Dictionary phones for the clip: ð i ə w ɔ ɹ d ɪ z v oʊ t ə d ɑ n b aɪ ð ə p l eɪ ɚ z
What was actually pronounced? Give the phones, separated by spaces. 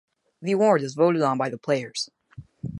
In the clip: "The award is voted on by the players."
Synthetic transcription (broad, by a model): ð i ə w ɔ ɹ d ɪ z v oʊ t ə d n b aɪ ð ə p l eɪ ɚ z